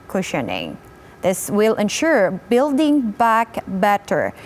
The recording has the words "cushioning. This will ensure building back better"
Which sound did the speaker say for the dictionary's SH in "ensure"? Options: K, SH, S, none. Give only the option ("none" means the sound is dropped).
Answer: SH